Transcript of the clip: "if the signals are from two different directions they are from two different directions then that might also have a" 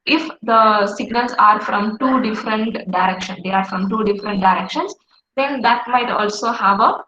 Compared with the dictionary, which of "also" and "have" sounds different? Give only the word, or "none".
none